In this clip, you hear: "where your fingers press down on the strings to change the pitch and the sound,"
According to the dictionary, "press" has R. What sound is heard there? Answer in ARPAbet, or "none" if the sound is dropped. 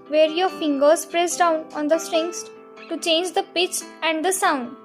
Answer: R